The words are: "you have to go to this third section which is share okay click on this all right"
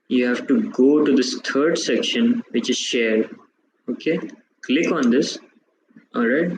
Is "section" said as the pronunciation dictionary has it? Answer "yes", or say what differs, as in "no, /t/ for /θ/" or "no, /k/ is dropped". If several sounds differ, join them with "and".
yes